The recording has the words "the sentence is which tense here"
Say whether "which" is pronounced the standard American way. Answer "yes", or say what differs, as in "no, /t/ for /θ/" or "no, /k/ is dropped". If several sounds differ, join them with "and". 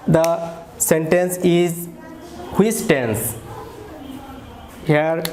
no, /s/ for /tʃ/